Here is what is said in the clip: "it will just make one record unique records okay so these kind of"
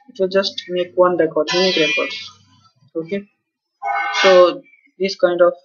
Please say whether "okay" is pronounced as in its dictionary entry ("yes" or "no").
yes